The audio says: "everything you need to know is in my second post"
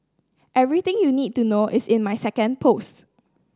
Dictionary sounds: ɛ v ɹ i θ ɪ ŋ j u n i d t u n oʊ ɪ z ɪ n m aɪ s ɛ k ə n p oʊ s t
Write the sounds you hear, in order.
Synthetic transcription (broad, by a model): ɛ v ɹ i t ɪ ŋ j u n i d t u n oʊ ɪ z ɪ n m aɪ s ɛ k ə n p oʊ s t